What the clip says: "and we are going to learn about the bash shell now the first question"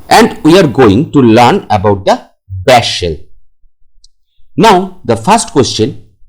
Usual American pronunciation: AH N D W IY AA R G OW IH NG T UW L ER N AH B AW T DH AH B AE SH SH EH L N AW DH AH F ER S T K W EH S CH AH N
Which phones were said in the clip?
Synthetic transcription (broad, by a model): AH N D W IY AA R G OW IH NG T UW L ER N AH B AW T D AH B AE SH SH EH L N AW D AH F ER S T K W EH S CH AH N